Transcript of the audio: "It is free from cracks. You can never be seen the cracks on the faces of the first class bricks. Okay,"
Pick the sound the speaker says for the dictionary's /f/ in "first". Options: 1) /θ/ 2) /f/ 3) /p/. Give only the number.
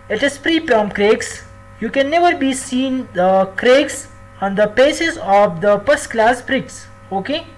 3